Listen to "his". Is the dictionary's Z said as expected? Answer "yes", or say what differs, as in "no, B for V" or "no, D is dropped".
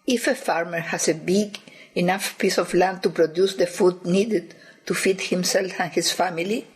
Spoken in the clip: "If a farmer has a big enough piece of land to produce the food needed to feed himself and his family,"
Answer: no, S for Z